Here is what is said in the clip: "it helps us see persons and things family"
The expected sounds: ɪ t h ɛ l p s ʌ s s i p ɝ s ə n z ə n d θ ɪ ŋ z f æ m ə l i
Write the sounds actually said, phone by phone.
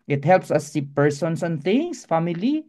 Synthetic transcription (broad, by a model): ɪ t h ɛ l p s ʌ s s i p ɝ s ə n s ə n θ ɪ ŋ s f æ m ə l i